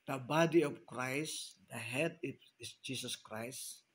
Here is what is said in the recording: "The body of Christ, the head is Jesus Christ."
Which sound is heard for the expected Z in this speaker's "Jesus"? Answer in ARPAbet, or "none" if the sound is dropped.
S